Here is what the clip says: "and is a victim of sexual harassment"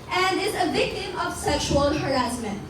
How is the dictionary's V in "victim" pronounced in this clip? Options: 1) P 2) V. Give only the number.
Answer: 2